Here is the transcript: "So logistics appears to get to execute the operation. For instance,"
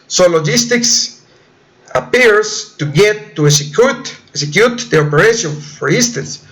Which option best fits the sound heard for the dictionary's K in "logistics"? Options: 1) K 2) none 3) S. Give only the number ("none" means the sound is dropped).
1